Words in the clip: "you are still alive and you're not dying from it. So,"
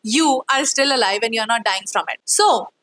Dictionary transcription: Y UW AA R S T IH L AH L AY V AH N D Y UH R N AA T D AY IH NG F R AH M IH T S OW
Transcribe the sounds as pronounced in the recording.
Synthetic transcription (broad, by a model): Y UW AA R S T IH L AH L AY V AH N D Y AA R N AA T D AY IH NG F R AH M IH T S OW